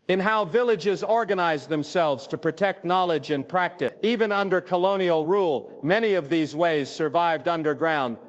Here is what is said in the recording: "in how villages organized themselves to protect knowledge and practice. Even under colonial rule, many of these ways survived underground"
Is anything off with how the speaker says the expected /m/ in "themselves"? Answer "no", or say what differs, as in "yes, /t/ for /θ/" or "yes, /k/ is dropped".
no